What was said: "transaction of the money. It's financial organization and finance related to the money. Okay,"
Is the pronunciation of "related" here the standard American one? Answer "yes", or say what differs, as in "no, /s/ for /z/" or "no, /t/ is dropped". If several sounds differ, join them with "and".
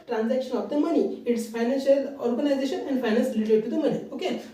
no, /l/ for /ɹ/